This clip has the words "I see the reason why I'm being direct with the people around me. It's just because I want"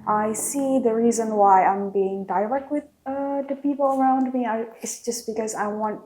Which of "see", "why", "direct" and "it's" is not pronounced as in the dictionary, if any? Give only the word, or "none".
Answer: direct